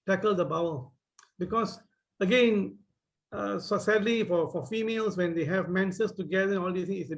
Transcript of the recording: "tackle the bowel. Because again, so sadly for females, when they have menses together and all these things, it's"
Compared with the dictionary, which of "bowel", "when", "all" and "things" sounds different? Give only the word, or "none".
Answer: things